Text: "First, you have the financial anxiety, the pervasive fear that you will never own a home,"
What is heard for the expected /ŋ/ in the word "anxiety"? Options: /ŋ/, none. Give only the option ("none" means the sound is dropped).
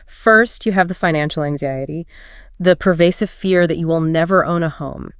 /ŋ/